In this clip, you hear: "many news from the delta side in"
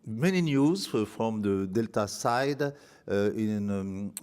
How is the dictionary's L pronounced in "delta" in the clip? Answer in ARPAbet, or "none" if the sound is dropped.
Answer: L